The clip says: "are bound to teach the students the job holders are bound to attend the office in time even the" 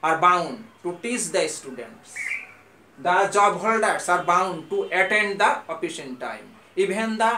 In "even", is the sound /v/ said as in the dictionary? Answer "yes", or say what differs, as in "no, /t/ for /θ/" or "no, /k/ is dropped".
no, /b/ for /v/